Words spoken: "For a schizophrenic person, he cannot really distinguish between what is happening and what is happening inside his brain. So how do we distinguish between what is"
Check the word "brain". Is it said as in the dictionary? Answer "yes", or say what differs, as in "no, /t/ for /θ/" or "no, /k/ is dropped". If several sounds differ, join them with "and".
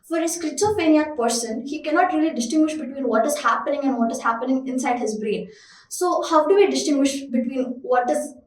yes